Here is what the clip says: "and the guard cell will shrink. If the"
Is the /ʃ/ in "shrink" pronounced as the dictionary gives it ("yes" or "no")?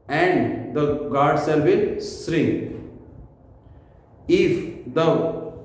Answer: no